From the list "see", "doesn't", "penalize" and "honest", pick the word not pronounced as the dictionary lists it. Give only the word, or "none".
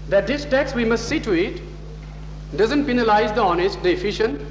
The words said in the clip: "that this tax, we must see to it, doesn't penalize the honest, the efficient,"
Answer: none